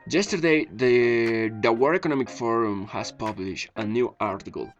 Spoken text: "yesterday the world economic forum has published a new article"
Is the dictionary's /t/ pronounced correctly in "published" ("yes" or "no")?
yes